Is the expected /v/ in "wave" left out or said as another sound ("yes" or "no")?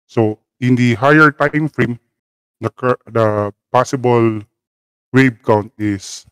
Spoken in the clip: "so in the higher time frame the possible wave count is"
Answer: yes